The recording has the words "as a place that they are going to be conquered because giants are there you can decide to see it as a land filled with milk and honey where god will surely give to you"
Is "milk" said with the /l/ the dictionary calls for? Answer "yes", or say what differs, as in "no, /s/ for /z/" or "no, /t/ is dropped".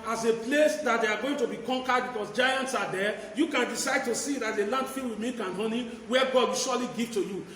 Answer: no, /l/ is dropped